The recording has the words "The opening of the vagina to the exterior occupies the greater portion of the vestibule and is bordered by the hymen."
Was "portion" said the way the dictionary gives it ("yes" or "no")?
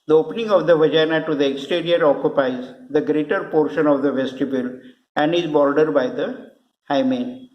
yes